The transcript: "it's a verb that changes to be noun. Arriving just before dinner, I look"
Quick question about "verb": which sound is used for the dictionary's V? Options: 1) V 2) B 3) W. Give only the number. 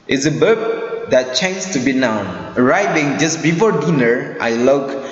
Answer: 2